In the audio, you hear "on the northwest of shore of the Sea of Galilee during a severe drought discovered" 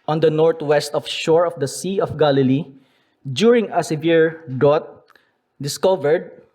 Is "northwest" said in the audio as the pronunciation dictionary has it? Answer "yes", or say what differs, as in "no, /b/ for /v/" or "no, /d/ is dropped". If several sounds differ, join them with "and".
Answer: no, /t/ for /θ/